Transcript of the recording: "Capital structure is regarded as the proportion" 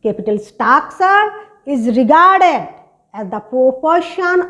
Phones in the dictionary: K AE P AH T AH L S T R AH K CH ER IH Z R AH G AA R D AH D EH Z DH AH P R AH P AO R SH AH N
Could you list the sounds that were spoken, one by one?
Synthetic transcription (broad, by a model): K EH P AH T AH L S T AA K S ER IH Z R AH G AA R D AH D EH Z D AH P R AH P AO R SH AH N